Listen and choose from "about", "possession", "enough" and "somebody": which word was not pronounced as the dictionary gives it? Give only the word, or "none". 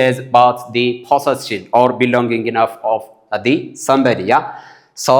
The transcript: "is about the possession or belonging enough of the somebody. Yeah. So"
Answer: possession